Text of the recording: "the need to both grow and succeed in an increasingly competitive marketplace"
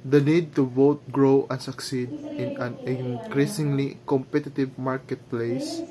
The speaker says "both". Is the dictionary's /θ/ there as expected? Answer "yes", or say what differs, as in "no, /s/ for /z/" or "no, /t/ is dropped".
no, /t/ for /θ/